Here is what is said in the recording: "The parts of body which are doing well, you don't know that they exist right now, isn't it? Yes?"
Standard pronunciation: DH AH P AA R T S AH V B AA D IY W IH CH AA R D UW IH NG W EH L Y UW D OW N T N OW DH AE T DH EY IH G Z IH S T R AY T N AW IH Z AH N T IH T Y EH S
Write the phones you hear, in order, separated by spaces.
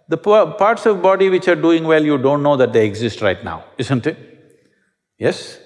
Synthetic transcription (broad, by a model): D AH P AA R T S AH V B AA D IY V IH CH AA R D UW IH NG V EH L Y UW D OW N T N OW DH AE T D EY IH G Z IH S T R AY T N AW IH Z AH N T IH T Y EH S